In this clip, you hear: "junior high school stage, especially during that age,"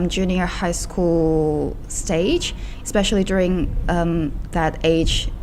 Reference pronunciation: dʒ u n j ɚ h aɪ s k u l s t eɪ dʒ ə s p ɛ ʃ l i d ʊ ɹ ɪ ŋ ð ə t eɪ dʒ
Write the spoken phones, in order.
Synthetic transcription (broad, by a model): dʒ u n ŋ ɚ h aɪ s k u l s t eɪ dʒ ə s p ɛ ʃ l i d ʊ ɹ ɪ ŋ ð ə t eɪ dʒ